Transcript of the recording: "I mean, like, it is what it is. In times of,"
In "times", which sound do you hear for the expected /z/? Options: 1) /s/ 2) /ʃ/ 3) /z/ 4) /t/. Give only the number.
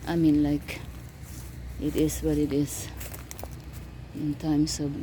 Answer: 1